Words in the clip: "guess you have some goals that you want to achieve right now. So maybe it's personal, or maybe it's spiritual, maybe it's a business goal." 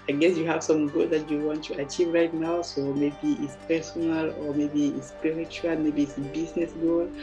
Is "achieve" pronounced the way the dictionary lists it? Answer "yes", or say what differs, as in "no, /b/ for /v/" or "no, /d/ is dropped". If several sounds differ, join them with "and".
yes